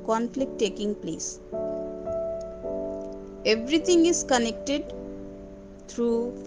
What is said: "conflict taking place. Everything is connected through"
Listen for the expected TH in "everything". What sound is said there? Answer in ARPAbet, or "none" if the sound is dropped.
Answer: T